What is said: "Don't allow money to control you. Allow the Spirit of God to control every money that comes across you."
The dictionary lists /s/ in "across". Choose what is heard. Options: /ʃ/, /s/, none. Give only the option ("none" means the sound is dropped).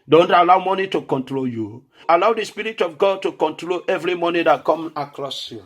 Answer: /s/